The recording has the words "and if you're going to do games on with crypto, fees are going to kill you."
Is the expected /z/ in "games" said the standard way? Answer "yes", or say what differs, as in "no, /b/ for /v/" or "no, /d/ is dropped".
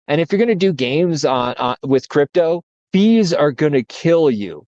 yes